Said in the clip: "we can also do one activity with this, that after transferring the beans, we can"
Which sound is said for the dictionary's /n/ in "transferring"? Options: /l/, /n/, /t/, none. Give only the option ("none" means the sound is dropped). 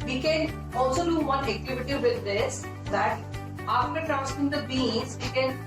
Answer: none